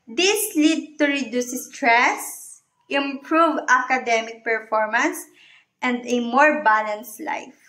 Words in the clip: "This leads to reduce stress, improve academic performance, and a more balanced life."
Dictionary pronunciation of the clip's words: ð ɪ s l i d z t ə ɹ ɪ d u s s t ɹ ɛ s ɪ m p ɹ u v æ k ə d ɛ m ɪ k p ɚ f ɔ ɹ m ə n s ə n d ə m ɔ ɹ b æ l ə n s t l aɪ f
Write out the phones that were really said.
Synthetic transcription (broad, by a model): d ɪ s l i d t ə ɹ ɪ d u s s t ɹ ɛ s ɪ m p ɹ u v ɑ k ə d ɛ m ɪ k p ɚ f ɔ ɹ m ə n s ə n d ə m ɔ ɹ b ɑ l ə n s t l aɪ f